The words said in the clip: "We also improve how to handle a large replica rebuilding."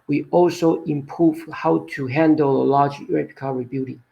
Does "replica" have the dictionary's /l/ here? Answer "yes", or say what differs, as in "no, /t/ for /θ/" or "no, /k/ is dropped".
no, /l/ is dropped